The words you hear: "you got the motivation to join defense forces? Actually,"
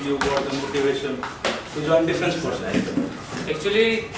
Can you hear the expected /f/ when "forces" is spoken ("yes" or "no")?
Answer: no